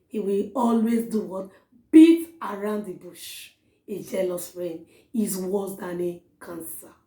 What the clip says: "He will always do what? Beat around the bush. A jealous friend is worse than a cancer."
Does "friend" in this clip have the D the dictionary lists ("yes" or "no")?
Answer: no